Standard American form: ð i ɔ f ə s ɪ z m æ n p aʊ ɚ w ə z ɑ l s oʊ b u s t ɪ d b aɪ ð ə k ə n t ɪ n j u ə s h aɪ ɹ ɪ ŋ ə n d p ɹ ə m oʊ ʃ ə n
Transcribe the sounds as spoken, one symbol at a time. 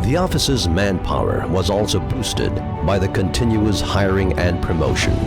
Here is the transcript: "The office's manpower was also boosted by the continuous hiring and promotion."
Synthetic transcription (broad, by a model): ð i ɔ f ə s ɪ z m æ n p aʊ ɚ w ə z ɑ l s oʊ b u s t ɪ d b aɪ ð ə k ə n t ɪ n j u ə s h aɪ ɹ ɪ ŋ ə n p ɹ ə m oʊ ʃ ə n